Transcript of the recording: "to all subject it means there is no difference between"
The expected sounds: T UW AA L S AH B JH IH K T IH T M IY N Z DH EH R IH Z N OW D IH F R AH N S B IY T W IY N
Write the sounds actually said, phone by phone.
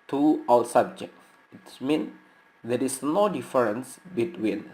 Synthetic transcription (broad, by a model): T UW AA W S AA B JH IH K IH T M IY N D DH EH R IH S N OW D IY F R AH N S B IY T W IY N